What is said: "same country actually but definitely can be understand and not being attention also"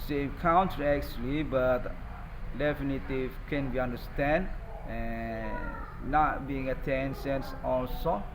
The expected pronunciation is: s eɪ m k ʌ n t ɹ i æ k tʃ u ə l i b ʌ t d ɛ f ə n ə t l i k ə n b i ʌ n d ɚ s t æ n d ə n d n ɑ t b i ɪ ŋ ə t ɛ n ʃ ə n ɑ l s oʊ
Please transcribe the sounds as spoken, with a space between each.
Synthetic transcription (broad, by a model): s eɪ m k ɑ n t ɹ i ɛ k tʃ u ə l i b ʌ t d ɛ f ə n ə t i k ə n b i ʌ n d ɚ s t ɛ n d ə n n ɑ t b i ɪ ŋ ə t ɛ n s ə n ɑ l s oʊ